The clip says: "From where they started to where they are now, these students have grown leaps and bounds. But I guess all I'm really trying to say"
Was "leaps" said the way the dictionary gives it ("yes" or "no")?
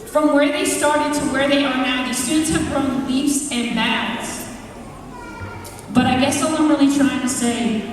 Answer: no